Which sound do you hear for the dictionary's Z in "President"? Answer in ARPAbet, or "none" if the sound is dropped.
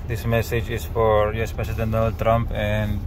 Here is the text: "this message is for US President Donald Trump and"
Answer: S